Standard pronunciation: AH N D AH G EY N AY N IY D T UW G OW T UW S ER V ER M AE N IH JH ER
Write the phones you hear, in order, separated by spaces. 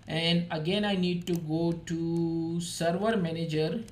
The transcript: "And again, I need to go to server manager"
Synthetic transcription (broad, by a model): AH N D AH G EY N AY N IY D T UW G OW T UW S ER V ER M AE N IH JH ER